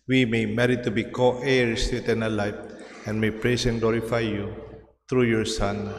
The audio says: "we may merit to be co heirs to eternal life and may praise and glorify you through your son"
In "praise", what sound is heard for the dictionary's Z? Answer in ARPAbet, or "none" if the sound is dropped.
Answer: S